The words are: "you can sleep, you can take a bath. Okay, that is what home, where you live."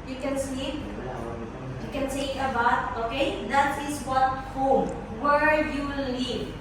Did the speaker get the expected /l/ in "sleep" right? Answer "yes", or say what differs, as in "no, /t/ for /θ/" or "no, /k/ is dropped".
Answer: no, /l/ is dropped